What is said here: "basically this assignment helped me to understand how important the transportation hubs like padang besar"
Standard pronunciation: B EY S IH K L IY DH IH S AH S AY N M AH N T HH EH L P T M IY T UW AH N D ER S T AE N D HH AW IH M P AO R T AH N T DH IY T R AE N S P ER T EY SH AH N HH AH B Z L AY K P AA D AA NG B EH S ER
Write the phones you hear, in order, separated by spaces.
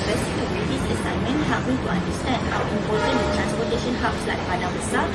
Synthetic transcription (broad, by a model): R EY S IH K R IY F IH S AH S AY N M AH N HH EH P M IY T UW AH N D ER S T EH N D HH AW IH M P AO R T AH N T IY T R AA N S P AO T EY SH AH N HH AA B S L AY K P AA D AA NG B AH S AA